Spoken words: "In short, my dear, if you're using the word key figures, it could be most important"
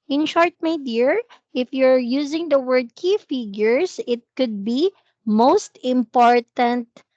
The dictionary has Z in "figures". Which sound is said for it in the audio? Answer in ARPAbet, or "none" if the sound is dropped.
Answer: S